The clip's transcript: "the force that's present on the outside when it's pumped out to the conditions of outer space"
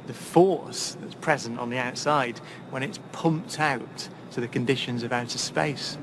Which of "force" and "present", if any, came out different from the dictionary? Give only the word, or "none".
none